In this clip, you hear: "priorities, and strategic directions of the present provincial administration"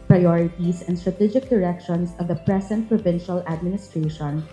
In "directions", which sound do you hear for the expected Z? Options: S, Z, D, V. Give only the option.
S